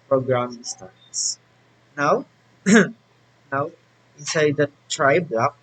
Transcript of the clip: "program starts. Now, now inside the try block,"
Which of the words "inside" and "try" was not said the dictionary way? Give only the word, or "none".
inside